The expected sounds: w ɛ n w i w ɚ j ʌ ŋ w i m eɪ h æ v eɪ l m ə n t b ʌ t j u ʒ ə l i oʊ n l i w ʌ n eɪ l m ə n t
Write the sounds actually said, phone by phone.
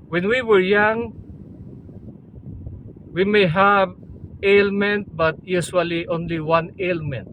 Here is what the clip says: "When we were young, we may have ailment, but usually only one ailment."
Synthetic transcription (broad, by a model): w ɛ n w i w ɚ j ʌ ŋ w i m eɪ h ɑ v eɪ l m ə n t b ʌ t j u s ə l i oʊ n l i w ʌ n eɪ l m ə n t